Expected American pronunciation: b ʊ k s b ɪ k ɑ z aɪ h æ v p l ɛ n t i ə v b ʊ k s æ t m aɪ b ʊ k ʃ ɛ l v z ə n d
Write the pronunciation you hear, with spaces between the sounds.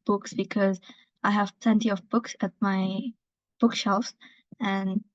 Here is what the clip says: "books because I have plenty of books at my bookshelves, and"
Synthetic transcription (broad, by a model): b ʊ k s b ɪ k ɑ z aɪ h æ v p l ɛ n t i ə v b ʊ k s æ t m aɪ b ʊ k ʃ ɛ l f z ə n